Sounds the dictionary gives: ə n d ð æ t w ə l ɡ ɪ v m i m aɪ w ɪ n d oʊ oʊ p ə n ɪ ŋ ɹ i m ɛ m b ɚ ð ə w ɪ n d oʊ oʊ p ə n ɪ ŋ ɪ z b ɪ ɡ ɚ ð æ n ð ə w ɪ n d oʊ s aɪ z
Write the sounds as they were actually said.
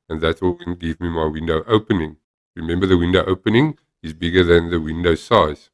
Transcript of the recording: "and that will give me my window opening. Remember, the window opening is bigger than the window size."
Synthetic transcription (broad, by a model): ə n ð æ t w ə n ɡ ɪ v m i m aɪ w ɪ n d oʊ oʊ p ə n ɪ ŋ ɹ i m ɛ m b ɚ ð ə w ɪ n d oʊ oʊ p ə n ɪ ŋ ɪ z b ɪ ɡ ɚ ð æ n ð ə w ɪ n d oʊ s aɪ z